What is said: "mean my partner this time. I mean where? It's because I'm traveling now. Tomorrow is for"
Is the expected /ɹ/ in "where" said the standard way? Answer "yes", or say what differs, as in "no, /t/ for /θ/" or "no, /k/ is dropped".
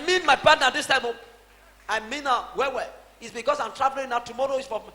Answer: no, /w/ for /ɹ/